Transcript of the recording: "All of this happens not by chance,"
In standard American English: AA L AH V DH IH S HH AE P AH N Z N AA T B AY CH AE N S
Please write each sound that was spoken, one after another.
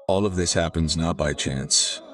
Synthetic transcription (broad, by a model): AA L AH V DH IH S HH AE P AH N Z N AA T B AY CH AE N S